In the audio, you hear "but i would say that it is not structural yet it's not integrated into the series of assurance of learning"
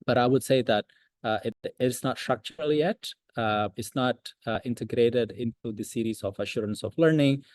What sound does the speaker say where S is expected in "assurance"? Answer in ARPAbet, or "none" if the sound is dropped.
S